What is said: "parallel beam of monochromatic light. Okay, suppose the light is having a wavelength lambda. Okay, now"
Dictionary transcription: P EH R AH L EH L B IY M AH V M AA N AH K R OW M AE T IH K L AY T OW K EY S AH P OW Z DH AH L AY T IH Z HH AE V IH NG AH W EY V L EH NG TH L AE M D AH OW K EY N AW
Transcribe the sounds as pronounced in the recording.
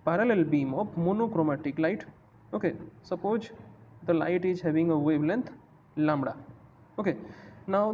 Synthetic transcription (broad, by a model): P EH R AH L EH L B IY M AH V M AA N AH K R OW M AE T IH K L AY T OW K EY S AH P OW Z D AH L AY T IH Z HH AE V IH NG AH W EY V L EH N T L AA M D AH OW K EY N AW